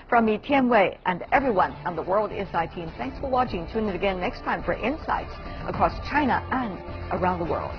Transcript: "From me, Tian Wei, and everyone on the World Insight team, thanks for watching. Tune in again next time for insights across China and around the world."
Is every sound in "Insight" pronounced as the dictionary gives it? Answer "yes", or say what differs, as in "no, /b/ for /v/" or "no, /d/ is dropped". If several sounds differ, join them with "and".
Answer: no, /n/ is dropped